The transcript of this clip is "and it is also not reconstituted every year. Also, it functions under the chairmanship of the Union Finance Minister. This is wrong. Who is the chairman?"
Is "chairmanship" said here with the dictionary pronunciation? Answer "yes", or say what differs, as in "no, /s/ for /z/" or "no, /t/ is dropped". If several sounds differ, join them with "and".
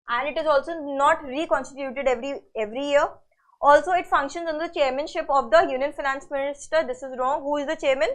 yes